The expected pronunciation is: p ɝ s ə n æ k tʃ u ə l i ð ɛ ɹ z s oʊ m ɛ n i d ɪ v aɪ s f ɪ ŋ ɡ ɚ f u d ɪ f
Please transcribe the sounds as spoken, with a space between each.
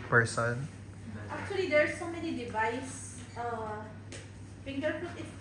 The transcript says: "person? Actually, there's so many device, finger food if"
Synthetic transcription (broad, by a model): p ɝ s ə n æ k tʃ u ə l i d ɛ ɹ s oʊ m ɛ n i d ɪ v aɪ s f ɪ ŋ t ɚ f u ɪ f